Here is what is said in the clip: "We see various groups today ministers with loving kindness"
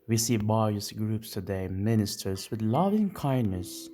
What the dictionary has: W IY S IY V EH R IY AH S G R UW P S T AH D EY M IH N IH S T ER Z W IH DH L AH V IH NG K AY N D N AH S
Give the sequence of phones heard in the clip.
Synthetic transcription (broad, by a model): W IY S IY B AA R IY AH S G R UW P S T AH D EY M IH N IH S T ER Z W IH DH L AH V IH NG K AY N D N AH S